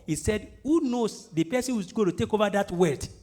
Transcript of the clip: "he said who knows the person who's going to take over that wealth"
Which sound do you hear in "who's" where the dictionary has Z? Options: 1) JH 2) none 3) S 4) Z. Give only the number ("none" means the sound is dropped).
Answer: 2